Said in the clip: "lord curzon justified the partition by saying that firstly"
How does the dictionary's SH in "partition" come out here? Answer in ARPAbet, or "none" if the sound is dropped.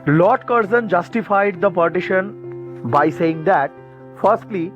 SH